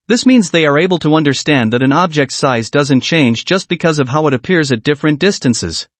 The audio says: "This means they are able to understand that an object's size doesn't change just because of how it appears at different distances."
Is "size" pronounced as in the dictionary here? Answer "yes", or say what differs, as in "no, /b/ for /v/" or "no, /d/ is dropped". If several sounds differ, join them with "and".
yes